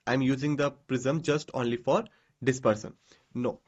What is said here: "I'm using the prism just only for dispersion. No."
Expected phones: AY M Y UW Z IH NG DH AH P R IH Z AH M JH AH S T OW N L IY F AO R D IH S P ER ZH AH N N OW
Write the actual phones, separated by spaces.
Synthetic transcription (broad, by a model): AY M Y UW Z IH NG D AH P R IH Z AH M JH AH S T OW N L IY F AO R D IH S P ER S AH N N OW